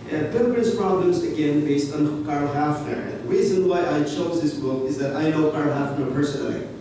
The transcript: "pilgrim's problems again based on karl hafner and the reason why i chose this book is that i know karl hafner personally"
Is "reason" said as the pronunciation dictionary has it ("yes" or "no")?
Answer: yes